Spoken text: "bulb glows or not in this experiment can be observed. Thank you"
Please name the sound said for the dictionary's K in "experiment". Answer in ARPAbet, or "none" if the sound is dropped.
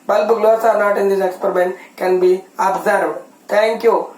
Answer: K